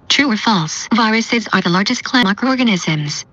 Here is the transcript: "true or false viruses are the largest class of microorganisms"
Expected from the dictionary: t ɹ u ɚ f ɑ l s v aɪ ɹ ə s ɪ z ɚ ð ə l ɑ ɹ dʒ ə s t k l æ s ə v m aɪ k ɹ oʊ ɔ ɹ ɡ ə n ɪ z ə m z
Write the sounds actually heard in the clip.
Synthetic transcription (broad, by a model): t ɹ u ɚ f ɑ l s v aɪ ɹ ə s ɪ z ɚ ð ə l ɑ ɹ dʒ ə s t k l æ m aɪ k ɹ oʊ ɔ ɹ ɡ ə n ɪ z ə m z